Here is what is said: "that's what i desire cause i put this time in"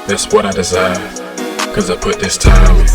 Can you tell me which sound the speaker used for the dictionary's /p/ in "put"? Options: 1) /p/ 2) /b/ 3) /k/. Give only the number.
1